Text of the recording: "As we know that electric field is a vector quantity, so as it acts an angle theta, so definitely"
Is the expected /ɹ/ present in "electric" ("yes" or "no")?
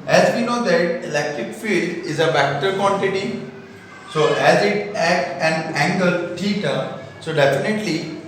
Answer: yes